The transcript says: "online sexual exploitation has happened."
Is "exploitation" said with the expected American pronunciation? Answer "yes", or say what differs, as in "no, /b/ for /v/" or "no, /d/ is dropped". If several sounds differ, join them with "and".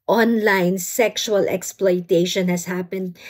yes